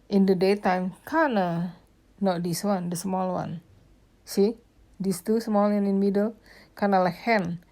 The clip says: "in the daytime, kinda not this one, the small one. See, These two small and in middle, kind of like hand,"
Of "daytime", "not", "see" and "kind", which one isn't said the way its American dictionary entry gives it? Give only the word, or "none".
kind